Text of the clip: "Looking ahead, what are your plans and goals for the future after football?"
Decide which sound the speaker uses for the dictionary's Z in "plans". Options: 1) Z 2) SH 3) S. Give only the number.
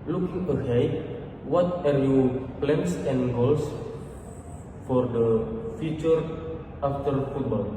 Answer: 3